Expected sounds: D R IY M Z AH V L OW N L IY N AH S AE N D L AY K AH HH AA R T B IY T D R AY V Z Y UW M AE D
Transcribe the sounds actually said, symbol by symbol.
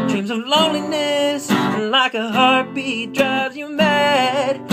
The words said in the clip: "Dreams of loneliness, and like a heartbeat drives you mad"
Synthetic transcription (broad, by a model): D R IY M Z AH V L OW N L IY N AH S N L AY K AH HH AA R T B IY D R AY Z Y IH M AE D